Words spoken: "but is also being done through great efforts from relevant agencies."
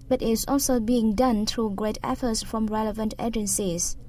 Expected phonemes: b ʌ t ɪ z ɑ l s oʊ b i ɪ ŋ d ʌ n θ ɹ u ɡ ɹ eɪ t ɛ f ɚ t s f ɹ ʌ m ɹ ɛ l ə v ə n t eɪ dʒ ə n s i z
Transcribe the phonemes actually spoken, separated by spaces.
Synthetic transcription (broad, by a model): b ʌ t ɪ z ɑ l s oʊ b i ɪ ŋ d ʌ n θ ɹ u ɡ ɹ eɪ t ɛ f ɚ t s f ɹ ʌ m ɹ ɛ l ə v ə n t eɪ dʒ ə n s i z